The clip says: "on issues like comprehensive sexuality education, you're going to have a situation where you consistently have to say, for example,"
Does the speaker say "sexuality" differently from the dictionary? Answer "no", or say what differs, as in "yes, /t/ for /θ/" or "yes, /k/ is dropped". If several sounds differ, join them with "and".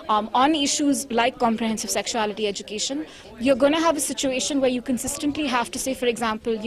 no